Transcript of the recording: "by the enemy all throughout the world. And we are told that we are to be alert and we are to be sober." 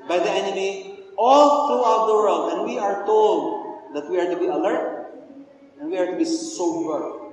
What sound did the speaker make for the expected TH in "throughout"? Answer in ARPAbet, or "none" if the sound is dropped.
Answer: T